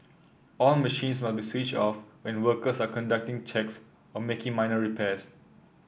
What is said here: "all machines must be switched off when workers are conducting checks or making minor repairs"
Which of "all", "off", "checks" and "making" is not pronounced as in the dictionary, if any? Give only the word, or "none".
none